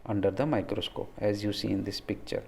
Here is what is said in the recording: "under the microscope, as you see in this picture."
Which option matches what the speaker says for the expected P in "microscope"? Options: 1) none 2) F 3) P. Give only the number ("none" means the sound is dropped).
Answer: 1